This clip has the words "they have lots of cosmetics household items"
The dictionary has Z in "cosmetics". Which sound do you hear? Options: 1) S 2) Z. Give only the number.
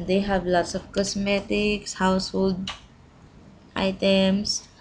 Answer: 1